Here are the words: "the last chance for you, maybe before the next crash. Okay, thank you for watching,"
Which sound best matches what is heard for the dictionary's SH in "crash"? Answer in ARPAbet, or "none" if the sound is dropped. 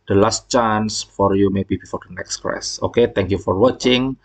S